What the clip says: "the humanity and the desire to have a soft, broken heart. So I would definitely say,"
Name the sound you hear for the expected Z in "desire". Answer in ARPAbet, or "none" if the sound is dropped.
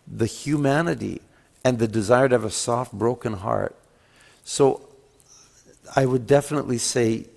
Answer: Z